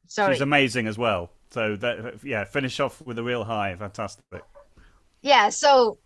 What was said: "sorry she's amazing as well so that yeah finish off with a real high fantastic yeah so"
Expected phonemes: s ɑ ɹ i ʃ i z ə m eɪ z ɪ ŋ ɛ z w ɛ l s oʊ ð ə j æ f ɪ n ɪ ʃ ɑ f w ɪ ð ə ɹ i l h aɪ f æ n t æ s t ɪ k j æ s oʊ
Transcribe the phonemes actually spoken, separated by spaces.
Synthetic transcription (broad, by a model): s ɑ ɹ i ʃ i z ə m eɪ z ɪ ŋ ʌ z w ɛ l s oʊ ð ə j æ f ɪ n ɪ ʃ ɑ f w ɪ ð ə ɹ i l h aɪ f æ n t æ s t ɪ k j æ s oʊ